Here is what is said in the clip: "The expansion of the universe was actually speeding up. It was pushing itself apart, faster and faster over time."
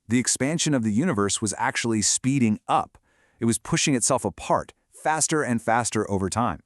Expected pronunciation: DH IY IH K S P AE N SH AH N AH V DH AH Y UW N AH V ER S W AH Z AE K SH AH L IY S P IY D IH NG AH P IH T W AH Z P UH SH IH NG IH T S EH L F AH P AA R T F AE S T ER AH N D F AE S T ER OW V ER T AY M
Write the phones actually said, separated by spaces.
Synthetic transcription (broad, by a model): DH IY IH K S P AE N SH AH N AH V DH AH Y UW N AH V ER S W AH Z AE K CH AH L IY S P IY D IH NG AH P IH T W AH Z P UH SH IH NG IH T S EH L F AH P AA R T F AE S T ER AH N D F AE S T ER OW V ER T AY M